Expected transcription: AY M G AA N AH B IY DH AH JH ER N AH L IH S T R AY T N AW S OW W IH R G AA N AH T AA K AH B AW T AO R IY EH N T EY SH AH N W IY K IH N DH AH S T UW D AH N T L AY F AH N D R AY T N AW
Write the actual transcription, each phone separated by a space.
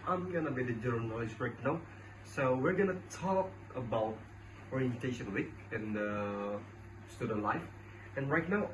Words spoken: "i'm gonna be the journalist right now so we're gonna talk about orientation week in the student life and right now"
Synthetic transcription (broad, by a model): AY M G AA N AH B IY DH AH JH ER N AH L IH S T R AY T N AW S OW W IH R G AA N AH T AA K AH B AW T AO R IY EH N T EY SH AH N W IY K IH N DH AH S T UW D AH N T L AY F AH N R AY T N AW